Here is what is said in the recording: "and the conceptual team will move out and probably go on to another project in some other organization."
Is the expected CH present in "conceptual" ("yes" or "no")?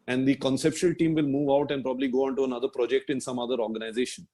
no